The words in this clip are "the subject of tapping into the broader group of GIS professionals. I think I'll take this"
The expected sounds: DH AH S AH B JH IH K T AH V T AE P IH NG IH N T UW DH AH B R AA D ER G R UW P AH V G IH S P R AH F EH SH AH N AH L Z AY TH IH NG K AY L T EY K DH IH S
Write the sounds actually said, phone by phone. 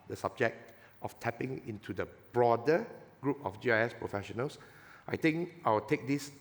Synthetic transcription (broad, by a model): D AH S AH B JH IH K T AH F T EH P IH NG IH N T UW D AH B R AA D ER G R UW P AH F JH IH S P R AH F EH SH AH N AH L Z AY T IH NG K AY W T EY K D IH S